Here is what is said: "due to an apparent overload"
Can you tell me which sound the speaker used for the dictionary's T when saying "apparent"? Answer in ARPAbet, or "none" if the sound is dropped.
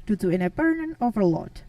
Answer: none